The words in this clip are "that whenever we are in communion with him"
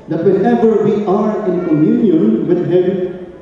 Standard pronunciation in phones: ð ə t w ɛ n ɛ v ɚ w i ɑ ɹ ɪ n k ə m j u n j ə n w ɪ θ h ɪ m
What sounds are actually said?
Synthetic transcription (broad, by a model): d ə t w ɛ l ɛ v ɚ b i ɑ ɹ ɪ n k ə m j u n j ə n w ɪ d h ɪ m